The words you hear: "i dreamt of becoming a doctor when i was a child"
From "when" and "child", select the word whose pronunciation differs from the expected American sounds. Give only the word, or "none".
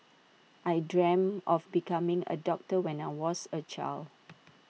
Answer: child